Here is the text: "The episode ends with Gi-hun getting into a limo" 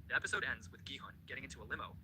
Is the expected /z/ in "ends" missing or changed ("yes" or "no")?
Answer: no